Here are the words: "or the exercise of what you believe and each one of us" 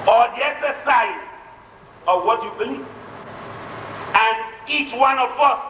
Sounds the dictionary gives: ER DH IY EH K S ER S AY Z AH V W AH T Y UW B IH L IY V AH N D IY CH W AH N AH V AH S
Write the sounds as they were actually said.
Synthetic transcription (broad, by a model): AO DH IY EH K S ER S AY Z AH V W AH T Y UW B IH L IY AH N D IY CH W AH N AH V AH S